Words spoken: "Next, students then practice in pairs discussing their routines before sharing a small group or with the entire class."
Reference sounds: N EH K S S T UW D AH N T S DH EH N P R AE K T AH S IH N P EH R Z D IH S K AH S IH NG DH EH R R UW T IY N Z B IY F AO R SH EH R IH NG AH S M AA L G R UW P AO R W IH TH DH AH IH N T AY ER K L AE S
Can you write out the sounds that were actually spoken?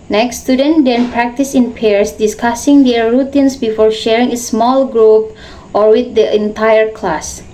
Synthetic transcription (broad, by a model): N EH K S S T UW D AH N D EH N P R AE K T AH S IH N P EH R S D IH S K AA S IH NG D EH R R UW T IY N S B IY F AO R SH EH R IH NG AH S M AA L G R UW P AO R W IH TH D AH IH N T AY ER K L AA S